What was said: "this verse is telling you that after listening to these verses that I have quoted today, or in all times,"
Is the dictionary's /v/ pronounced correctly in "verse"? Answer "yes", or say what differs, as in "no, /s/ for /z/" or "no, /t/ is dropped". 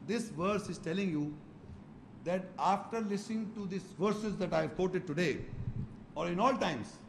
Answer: yes